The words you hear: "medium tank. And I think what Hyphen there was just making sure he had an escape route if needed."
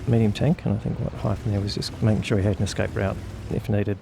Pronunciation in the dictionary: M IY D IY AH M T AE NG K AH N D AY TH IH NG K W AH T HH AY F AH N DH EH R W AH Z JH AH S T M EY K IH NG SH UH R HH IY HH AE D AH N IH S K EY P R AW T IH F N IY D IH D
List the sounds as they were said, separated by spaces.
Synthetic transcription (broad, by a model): M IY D IY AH M T AE NG K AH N AY TH IH NG K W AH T HH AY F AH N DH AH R W AH Z JH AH S M EY K IH NG SH UH R HH IY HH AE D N IH S K EY P R AW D IH F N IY D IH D